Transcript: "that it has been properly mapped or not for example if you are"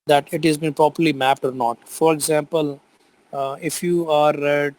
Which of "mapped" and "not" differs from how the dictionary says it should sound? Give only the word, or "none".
none